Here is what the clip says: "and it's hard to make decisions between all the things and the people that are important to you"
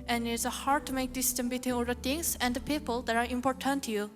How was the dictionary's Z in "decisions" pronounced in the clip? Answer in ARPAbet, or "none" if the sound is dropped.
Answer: none